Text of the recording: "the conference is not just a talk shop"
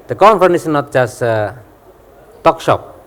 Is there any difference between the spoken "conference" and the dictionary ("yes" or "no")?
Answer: yes